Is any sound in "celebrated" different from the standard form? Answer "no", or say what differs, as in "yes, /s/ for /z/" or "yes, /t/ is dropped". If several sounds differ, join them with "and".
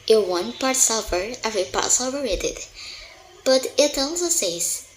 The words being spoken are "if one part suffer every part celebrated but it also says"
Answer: yes, /b/ is dropped